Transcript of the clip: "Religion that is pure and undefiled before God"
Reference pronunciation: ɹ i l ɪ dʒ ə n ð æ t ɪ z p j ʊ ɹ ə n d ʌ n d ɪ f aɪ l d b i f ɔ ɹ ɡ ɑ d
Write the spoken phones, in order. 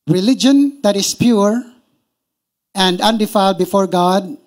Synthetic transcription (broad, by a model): ɹ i l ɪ dʒ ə n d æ t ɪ s p j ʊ ɹ ə n d ʌ n d ɪ f aɪ l d b i f ɔ ɹ ɡ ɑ d